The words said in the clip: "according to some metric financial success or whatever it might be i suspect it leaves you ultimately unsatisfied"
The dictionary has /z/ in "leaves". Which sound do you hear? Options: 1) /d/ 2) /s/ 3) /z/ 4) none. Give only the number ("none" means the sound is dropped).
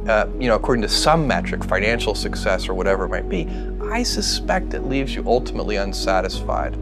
3